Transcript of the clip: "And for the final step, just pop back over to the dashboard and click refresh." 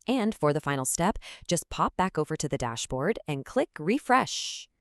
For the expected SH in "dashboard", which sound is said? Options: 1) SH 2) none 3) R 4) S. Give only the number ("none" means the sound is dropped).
1